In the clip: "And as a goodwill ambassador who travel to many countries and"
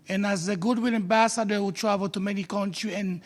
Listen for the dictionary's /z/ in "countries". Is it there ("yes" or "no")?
no